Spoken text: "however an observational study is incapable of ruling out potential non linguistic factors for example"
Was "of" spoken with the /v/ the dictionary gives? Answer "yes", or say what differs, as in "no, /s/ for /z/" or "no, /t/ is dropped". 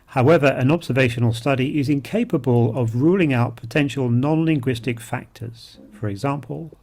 yes